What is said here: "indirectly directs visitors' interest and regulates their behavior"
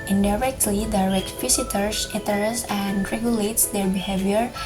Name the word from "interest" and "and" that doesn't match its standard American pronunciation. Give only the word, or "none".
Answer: interest